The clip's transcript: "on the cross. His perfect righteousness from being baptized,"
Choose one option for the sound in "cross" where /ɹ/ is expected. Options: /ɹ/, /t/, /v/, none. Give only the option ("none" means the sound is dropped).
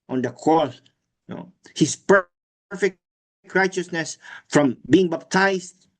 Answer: none